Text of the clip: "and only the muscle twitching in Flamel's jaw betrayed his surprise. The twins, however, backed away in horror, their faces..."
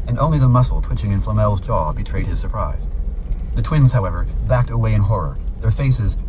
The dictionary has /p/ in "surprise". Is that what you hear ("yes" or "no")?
yes